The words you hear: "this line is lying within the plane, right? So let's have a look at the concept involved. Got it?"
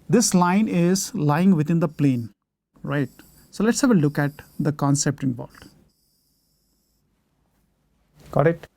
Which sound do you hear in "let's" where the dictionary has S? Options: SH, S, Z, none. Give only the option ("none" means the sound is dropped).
S